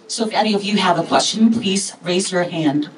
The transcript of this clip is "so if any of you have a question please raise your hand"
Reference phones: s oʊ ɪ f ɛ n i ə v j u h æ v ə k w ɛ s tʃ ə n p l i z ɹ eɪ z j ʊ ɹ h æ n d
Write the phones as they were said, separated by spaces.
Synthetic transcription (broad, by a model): s oʊ ɪ f ɛ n i ə v j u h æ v ə k w ɛ s tʃ ə n p l i z ɹ eɪ z j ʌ ɹ h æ n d